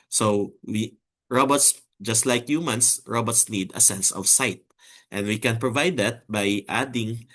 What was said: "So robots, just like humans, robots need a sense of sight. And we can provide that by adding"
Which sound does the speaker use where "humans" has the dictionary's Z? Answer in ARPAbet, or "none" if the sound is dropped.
S